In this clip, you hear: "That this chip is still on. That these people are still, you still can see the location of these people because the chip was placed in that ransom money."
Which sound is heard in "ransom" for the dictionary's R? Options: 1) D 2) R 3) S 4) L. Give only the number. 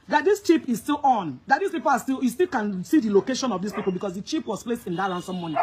4